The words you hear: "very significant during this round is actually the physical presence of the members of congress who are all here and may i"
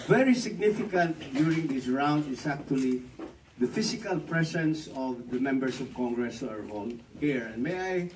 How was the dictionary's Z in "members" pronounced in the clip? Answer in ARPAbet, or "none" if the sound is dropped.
S